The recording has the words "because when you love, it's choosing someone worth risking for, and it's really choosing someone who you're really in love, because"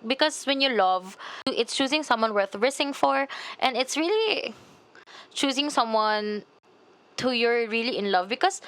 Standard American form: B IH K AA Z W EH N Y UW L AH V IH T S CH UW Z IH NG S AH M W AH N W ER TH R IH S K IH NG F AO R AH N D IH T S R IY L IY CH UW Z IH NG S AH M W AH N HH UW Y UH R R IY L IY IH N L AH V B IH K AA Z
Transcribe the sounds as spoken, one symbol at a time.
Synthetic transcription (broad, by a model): B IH K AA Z W EH N Y UW L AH V IH T S CH UW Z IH NG S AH M W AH N W ER TH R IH S IH NG F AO R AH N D IH T S R IY L IY CH UW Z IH NG S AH M W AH N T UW Y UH R R IY L IY IH N L AH V B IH K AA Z